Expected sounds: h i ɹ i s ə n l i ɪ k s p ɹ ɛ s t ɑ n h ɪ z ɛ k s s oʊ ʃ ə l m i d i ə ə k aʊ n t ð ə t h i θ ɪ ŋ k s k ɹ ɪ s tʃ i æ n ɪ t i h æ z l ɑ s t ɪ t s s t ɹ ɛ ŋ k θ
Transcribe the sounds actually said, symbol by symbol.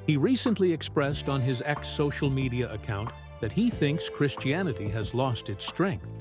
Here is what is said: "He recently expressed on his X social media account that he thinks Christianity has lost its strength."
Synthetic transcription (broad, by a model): h i ɹ i s ə n l i ɪ k s p ɹ ɛ s t n ɪ z ɛ k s s oʊ ʃ l m i d i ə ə k aʊ n ð ə t h i θ ɪ ŋ k s k ɹ ɪ s tʃ i æ n ɪ t i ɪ z l ɑ s t ɪ t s s t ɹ ɛ ŋ k θ